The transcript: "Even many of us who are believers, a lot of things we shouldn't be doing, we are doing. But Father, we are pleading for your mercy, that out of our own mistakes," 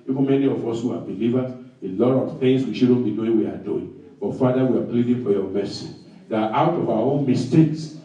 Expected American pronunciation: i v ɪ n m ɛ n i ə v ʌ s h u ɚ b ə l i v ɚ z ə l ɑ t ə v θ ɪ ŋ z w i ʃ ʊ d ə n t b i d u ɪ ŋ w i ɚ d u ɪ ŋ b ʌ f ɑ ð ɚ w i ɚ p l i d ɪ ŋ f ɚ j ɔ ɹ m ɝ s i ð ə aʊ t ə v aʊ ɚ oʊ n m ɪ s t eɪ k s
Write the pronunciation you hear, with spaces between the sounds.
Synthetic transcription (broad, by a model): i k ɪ m ɛ n i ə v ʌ s h u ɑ b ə l i v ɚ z ə l ɑ t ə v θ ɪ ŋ s w i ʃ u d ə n b i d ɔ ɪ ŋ w i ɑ d u ɪ ŋ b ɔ f ɑ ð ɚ w i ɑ b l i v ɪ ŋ f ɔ j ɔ m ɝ s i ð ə aʊ t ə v aʊ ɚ oʊ n m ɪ s t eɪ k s